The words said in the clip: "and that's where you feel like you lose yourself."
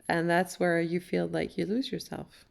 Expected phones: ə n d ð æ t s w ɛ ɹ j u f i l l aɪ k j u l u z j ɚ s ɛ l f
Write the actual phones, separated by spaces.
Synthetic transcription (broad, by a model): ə n ð æ t s w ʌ ɹ j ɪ f i l l aɪ k j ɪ l u z j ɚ s ɛ l f